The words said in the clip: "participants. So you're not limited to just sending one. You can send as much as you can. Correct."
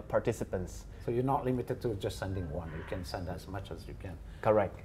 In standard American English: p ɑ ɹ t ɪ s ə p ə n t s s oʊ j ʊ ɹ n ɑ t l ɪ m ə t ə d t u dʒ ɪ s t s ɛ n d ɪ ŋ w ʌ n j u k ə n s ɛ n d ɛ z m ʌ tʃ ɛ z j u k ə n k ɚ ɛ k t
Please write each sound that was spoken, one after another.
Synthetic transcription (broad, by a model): p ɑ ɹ t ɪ s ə p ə n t s s oʊ j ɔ n ɑ t l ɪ m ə t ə d t u dʒ ɪ s t s ɛ n d ɪ ŋ w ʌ n j u k ə n s ɛ n d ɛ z m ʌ tʃ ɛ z j u k ə n k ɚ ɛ k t